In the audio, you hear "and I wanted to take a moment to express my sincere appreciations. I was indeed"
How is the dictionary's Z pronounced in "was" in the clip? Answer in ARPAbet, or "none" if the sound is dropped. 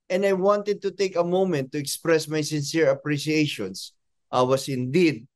S